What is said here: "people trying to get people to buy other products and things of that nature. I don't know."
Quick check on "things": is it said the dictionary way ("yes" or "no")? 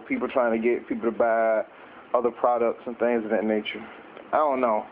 yes